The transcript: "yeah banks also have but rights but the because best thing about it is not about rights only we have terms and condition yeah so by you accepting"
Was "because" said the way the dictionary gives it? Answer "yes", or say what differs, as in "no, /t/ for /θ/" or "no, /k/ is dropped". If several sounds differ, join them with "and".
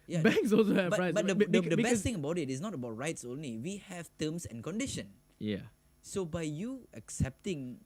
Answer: no, /z/ is dropped